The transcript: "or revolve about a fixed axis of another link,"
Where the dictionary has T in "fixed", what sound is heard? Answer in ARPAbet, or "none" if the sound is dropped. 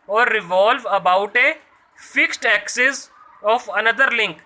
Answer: T